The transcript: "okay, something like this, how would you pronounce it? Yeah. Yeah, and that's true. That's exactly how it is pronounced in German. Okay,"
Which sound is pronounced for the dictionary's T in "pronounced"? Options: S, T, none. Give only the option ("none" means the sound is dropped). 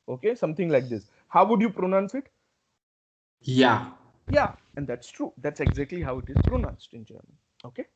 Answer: T